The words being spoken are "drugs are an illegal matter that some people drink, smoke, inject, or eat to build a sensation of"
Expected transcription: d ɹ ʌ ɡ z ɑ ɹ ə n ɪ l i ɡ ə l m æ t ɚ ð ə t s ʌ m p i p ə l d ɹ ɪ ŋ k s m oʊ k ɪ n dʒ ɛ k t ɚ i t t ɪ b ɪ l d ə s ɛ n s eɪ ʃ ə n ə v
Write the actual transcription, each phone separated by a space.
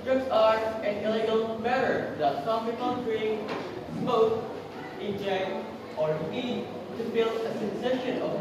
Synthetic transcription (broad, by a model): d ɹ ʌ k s ɑ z ə n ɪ l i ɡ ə l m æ t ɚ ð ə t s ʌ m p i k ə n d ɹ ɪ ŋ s oʊ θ ɪ n dʒ ɛ k t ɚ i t t ɪ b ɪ l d ə s ɛ n s eɪ ʃ ə n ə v